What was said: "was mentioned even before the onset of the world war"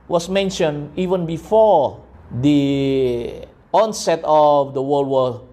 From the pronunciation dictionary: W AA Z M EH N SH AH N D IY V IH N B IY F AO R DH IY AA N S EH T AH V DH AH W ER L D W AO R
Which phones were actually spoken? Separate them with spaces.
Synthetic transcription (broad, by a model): W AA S M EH N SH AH N IY V IH N B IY F AO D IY AA N S EH T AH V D AH W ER L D W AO